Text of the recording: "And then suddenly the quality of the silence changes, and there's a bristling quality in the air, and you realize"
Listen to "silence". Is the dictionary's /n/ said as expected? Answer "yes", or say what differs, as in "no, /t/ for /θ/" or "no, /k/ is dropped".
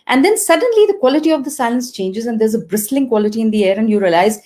yes